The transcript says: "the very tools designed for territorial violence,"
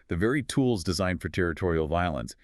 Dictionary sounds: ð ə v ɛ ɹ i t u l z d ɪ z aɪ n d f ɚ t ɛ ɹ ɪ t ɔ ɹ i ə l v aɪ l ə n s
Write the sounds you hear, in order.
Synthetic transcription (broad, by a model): ð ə v ɛ ɹ i t u l z d ɪ z aɪ n d f ɚ t ɛ ɹ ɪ t ɔ ɹ i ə l v aɪ l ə n s